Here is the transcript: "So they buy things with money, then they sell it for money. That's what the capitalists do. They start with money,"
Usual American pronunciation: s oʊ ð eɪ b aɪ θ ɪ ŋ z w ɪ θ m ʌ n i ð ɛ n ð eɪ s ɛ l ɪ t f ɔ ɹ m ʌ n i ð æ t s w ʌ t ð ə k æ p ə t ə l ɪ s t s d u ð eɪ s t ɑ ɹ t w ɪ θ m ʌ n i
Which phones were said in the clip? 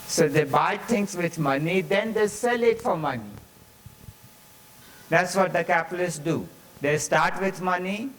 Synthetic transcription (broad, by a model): s oʊ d eɪ b aɪ t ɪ ŋ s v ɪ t m ʌ n i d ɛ n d eɪ s ɛ l ɪ t f ɔ ɹ m ʌ n i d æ t s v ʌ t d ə k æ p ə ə l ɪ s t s d u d eɪ s t ɑ ɹ t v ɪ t m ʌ n i